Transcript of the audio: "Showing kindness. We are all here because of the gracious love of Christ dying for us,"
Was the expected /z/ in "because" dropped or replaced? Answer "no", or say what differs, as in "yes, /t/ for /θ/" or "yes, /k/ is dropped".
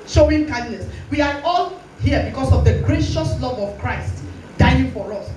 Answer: yes, /s/ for /z/